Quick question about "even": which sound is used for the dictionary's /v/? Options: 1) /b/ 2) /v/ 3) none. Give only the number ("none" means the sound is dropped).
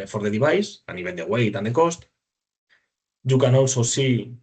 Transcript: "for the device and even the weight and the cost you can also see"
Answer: 1